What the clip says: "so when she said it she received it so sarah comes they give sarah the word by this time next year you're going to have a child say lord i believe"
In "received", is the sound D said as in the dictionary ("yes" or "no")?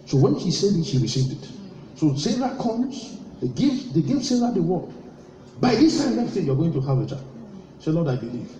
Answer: yes